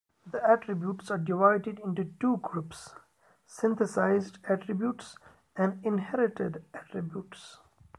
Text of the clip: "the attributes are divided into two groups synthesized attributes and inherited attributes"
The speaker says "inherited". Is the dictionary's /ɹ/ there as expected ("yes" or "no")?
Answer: yes